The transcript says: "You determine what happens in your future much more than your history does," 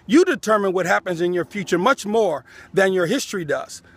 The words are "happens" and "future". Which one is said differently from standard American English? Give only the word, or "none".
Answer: none